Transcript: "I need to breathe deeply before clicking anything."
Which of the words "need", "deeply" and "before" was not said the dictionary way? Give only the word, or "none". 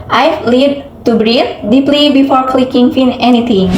need